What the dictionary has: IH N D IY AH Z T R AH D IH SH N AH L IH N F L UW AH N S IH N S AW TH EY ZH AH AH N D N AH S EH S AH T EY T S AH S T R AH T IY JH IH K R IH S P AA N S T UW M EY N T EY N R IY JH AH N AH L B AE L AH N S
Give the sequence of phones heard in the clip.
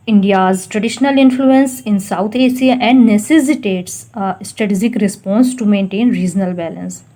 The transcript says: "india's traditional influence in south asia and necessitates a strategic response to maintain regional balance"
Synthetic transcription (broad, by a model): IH N D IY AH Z T R AH D IH SH N AH L IH N F L UW AH N S IH N S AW T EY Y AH AH N D N AH S EH S AH T EY T S S T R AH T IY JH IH K R IH S P AA N S T UW M EY N T EY N R IY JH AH N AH L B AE L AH N S